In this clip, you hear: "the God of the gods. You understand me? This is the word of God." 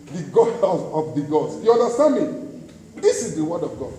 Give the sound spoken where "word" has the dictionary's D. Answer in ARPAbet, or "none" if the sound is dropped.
D